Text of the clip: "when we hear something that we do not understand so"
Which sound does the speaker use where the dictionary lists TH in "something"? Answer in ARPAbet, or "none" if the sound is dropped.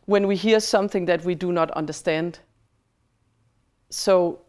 TH